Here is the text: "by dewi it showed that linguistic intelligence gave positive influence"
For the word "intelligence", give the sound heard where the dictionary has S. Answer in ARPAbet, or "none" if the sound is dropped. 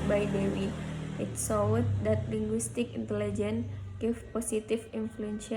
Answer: none